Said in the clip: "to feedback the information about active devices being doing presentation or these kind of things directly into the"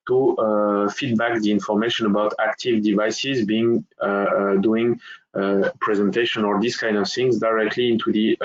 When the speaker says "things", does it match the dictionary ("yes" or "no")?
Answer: yes